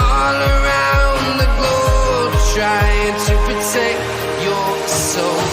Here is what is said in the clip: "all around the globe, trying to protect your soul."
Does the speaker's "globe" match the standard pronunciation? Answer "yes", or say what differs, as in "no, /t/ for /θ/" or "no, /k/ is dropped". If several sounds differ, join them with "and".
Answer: no, /l/ is dropped